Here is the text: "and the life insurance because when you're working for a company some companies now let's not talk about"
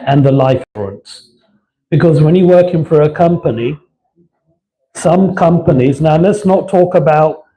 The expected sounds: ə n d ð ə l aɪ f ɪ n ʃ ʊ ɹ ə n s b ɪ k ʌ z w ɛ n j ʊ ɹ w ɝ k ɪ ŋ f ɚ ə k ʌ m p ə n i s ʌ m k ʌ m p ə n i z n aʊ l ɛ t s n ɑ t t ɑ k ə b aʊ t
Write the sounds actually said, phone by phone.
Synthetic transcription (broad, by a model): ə n ð ə l aɪ f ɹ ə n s b ɪ k ʌ z w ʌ n j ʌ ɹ w ɝ k ɪ ŋ f ɚ ə k ʌ m p ə n i s ʌ m k ʌ m p ə n i z n aʊ l ɛ t s n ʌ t t ɑ k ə b aʊ t